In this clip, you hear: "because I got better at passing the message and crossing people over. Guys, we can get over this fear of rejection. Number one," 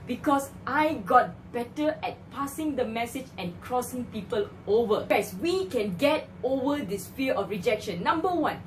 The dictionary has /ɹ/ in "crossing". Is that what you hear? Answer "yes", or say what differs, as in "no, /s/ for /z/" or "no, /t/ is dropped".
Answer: yes